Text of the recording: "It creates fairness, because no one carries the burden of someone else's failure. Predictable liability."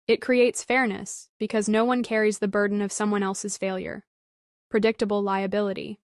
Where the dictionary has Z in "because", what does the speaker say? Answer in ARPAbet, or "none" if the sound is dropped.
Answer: Z